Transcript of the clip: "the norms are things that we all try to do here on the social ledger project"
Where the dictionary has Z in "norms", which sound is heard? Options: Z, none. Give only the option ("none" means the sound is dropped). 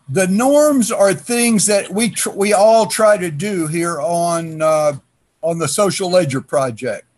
Z